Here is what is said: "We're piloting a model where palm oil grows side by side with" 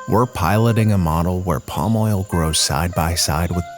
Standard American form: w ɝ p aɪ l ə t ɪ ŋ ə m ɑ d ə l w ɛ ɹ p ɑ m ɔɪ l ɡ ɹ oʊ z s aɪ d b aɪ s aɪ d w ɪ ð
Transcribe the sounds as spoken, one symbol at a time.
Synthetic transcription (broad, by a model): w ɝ p aɪ l ə t ɪ ŋ ə m ɑ d l w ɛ ɹ p ɑ m ɔɪ l ɡ ɹ oʊ z s aɪ d b aɪ s aɪ d w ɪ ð